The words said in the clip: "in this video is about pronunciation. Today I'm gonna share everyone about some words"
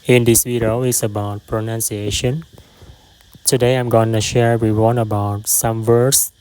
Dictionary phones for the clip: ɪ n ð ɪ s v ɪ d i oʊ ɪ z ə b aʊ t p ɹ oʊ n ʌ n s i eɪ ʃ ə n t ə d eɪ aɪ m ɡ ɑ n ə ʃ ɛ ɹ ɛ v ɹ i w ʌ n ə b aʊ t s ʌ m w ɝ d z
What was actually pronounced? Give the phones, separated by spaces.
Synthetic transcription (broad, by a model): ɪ n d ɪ s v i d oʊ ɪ s ə b aʊ t p ɹ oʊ n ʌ n s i eɪ ʃ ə n t ə d eɪ aɪ m ɡ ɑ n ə ʃ ɛ ɹ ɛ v ɹ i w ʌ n ə b aʊ t s ʌ m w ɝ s